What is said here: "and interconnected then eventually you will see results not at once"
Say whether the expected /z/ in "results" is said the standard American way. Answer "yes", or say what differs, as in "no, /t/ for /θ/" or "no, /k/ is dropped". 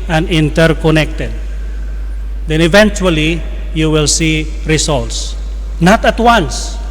no, /s/ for /z/